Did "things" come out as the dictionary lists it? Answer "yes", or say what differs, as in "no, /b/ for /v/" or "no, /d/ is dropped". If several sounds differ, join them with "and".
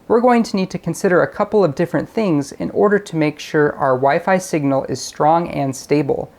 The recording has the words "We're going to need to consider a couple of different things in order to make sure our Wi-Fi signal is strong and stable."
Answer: yes